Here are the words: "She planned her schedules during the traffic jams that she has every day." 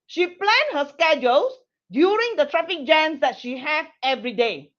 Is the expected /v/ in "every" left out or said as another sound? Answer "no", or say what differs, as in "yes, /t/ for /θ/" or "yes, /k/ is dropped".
no